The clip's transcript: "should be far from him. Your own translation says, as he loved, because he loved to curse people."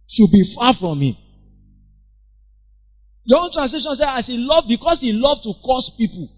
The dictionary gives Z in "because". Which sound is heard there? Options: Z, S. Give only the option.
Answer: S